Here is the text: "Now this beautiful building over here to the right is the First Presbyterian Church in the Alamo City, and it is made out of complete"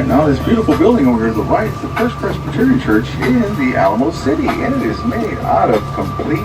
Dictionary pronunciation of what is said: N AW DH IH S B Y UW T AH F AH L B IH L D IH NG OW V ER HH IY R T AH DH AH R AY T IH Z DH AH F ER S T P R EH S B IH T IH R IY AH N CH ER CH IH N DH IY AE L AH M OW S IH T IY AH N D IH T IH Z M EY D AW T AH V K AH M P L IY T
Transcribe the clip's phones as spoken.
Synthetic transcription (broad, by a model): N AW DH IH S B Y UW T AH F L B IH L D IH NG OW UH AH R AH DH AH R AY T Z DH AH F ER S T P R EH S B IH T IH R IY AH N CH ER CH IH N DH IY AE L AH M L S IH T IY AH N IH T IH Z M EY D AW T AH V K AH M P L IY